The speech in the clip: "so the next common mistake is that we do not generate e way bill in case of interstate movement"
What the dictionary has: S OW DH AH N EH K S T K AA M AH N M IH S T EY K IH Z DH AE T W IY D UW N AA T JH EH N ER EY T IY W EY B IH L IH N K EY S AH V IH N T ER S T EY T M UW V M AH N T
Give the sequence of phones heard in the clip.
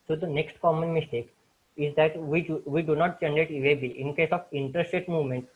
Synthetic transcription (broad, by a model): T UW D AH N EH K S T K AA M AH N M IH S T EY K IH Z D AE T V IY D UW N AA T CH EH N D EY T IY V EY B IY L IH N K EY S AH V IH N T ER S T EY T M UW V M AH N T